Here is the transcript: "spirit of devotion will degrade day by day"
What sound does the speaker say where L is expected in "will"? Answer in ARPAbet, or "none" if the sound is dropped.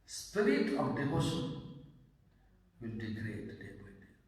N